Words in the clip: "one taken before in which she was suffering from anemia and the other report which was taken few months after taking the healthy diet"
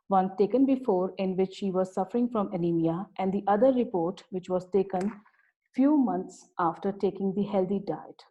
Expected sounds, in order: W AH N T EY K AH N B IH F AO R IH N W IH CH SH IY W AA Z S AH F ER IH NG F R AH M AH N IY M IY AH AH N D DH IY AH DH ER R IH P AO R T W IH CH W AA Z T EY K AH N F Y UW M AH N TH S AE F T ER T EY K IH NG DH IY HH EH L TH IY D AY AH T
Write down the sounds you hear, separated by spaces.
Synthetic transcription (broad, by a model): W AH N T EY K AH N B IH F AO R IH N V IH CH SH IY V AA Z S AH F ER IH NG F R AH M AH L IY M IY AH AH N D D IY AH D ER R IH P AO R T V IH CH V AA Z T EY K AH N F Y UW M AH N T S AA F T ER T EY K IH NG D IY HH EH L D IY D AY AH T